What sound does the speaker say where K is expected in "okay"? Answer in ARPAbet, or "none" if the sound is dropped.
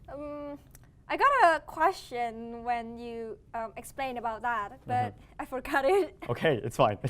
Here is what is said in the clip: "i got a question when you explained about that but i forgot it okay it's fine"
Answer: K